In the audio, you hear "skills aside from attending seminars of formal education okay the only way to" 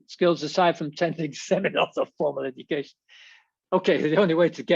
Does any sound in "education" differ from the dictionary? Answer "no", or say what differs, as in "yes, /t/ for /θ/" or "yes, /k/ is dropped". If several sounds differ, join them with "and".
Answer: no